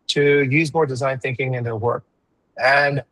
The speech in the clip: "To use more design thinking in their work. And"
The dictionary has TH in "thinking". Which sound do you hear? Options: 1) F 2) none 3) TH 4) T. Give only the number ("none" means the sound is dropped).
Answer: 3